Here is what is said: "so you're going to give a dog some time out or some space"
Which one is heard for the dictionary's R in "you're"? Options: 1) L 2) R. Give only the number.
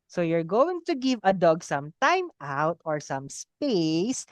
2